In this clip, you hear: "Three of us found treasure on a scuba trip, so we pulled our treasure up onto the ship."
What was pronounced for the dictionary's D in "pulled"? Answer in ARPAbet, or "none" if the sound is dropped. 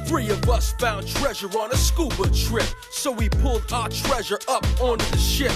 D